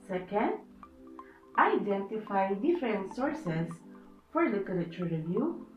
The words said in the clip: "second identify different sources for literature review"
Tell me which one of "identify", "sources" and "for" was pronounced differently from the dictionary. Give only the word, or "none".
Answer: sources